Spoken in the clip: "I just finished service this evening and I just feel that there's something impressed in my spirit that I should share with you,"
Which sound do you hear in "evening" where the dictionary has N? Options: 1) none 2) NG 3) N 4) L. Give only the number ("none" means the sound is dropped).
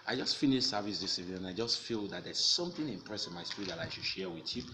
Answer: 1